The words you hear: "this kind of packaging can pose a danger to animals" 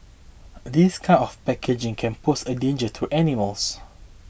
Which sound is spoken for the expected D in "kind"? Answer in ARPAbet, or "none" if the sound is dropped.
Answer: none